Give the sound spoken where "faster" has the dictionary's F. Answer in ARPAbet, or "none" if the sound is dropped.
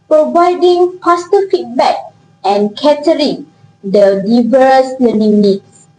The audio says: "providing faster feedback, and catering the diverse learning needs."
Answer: P